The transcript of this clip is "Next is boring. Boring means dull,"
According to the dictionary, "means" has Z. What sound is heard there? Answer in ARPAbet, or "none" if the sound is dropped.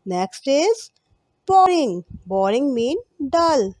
none